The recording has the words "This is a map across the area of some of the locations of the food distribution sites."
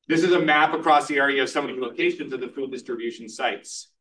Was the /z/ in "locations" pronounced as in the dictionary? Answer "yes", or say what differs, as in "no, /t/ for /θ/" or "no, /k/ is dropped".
yes